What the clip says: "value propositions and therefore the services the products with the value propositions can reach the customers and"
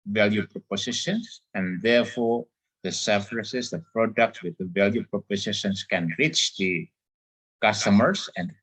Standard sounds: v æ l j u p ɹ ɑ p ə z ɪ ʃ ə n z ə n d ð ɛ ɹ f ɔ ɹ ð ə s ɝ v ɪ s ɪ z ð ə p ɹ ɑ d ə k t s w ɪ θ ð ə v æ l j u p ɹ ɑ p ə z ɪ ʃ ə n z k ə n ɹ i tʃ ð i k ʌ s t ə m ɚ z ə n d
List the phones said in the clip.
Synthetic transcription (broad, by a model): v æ l j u p ɹ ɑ p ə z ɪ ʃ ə n s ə n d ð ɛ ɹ f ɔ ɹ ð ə s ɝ f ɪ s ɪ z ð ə p ɹ ɑ d ə k t s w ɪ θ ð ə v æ l j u p ɹ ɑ p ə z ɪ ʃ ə n s k ə n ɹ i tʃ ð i k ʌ s t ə m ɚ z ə n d